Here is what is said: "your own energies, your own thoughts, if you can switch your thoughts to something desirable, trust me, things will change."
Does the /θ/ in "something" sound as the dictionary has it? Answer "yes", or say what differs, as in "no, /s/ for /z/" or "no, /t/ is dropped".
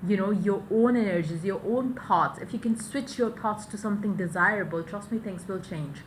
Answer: yes